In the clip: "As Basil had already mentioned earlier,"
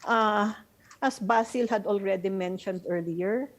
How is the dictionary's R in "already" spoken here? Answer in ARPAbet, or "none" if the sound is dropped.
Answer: R